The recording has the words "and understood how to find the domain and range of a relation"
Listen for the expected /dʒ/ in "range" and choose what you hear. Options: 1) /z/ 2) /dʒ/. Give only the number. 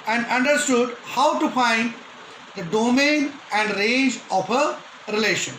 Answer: 2